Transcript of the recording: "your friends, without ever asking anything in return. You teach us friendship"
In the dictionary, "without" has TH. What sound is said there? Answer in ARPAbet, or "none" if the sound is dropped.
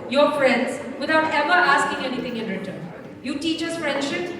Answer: T